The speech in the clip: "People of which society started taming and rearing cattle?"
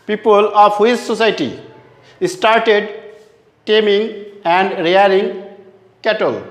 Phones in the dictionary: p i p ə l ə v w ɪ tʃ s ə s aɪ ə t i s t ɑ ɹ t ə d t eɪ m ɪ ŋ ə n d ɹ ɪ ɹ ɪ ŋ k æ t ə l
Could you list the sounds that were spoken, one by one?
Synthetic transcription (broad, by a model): p i p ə l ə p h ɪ s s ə s aɪ t i s t ɑ ɹ t ə d t eɪ m ɪ ŋ ə n d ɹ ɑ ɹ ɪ ŋ k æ t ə l